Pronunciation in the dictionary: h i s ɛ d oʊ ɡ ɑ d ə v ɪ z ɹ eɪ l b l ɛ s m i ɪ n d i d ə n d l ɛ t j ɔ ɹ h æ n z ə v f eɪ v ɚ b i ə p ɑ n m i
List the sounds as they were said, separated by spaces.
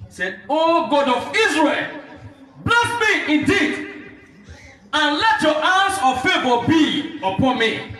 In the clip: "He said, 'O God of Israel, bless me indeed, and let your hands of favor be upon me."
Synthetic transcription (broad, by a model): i s ɛ d oʊ ɡ ɑ d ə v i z ɹ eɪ l b l ɛ s m i ɪ n d i d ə n l ɛ t j ɔ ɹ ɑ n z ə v f eɪ v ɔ b i ə p ɑ n m i